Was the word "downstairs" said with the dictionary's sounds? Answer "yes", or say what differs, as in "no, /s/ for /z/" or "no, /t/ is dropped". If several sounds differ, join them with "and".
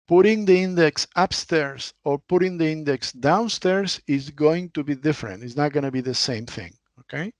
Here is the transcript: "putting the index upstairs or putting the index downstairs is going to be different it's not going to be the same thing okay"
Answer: no, /s/ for /z/